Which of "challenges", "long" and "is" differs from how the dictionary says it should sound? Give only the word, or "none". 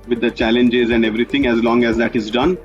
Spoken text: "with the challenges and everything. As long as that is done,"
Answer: none